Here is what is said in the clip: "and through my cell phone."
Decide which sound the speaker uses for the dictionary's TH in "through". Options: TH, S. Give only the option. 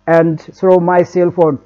S